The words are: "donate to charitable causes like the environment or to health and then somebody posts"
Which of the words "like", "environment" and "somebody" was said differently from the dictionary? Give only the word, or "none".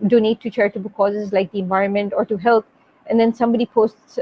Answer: none